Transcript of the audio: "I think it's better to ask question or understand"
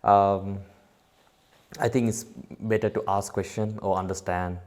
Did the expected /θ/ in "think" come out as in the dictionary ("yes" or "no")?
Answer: no